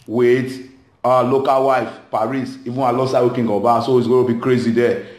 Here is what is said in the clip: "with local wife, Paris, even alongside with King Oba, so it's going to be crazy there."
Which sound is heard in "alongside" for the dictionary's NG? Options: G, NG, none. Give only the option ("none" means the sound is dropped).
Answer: none